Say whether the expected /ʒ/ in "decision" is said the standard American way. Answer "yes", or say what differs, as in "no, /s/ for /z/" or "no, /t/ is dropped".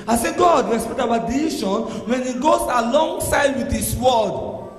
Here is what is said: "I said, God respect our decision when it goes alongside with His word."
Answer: no, /ʃ/ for /ʒ/